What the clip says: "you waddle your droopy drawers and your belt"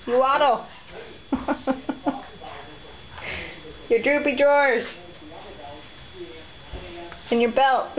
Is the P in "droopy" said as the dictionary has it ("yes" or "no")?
yes